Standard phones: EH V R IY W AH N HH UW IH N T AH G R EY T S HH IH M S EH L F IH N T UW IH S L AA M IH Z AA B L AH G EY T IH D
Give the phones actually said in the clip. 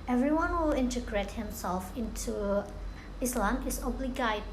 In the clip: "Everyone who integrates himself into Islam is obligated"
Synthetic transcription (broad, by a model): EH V R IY W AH N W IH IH N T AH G R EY T HH IH M S EH L F IH N T UW IH S L AA M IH S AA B L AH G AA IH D